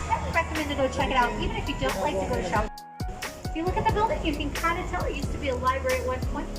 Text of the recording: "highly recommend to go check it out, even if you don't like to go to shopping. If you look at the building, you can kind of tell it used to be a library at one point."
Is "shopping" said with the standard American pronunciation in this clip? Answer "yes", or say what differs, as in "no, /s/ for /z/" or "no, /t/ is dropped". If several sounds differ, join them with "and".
no, /p/ is dropped